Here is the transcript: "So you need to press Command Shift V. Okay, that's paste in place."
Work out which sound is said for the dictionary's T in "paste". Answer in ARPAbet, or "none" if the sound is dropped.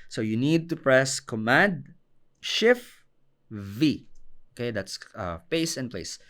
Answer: none